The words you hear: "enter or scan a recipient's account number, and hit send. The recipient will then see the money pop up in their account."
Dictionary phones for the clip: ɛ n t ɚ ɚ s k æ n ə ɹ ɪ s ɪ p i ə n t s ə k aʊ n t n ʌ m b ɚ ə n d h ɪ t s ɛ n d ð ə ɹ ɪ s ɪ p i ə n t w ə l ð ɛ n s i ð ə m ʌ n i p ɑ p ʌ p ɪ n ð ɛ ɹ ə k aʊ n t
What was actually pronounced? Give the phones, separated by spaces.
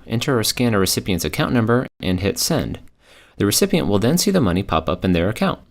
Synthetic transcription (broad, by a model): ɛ n t ɚ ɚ s k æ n ə ɹ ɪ s ɪ p i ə n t s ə k aʊ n n ʌ m b ɚ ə n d h ɪ t s ɛ n d ð ə ɹ ɪ s ɪ p i ə n t w ə l ð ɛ n s i ð ə m ʌ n i p ɑ p ʌ p ɪ n ð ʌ ɹ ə k aʊ n t